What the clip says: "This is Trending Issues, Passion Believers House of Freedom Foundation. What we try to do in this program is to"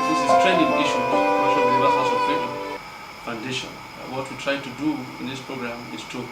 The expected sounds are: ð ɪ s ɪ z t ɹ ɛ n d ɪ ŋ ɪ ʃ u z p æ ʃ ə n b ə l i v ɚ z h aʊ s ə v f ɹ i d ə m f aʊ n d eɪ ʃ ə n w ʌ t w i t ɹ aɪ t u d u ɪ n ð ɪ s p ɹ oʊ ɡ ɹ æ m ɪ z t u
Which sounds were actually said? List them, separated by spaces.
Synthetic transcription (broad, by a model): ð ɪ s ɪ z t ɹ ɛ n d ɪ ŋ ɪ ʃ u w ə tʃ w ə i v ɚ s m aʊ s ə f i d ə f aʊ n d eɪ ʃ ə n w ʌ t w i t ɹ aɪ t u d u ɪ n ð ɪ s p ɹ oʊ ɡ ɹ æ m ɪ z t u